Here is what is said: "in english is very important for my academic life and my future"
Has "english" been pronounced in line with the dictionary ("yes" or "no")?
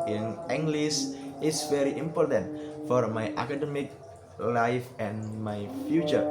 no